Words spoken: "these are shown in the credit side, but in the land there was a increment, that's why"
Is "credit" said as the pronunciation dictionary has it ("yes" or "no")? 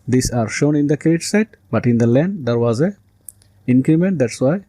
no